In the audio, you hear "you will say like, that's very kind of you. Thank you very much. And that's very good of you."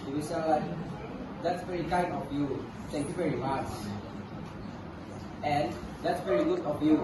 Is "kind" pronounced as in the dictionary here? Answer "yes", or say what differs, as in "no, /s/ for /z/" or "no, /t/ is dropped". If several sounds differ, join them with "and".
no, /d/ is dropped